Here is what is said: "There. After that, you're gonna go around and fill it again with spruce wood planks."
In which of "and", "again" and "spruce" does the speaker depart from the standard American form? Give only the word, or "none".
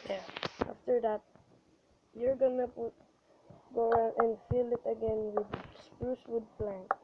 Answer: none